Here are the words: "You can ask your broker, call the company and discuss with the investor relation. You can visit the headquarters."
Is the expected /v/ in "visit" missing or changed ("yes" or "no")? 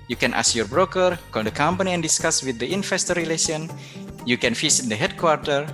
yes